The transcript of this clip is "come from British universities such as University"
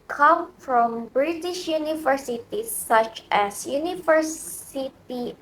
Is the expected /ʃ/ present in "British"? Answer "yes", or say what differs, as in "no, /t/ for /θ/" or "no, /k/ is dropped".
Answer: yes